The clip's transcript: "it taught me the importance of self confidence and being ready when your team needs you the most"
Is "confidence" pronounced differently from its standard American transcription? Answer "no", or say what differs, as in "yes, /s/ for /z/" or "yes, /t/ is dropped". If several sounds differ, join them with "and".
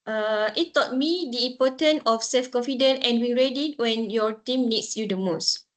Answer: yes, /s/ is dropped